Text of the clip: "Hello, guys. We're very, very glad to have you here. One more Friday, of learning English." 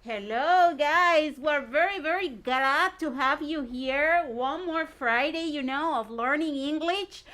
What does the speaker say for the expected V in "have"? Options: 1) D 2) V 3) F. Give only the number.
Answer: 2